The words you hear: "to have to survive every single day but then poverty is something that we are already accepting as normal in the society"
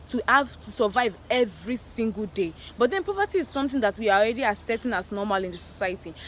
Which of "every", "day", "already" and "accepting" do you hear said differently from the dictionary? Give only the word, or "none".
accepting